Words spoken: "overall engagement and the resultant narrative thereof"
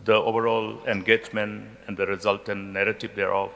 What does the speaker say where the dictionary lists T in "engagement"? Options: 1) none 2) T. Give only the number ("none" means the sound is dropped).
1